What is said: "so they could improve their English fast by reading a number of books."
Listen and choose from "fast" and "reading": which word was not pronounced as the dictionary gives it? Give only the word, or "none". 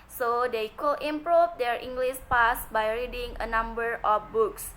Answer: fast